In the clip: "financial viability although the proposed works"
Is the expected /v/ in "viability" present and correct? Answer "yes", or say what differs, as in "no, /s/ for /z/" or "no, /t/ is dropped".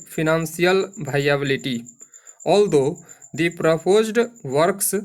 no, /b/ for /v/